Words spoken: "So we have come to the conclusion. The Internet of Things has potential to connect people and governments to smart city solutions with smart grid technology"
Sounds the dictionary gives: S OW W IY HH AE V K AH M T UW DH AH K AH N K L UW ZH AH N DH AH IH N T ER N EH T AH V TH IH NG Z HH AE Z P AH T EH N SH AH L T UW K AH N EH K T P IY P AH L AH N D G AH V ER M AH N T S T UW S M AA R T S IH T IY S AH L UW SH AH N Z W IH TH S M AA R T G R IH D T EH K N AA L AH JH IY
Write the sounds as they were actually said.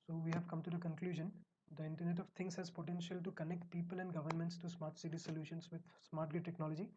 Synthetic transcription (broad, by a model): S OW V IY HH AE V K AH M T UW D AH K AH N K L UW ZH AH N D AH IH N T ER N EH T AH V T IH NG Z HH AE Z P AH T EH N SH AH L T UW K AH N EH K T P IY P AH L AH N D G AH V ER M AH N T S T UW S M AA R T S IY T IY S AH L UW SH AH N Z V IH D S M AA R T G IH T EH K N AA L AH JH IY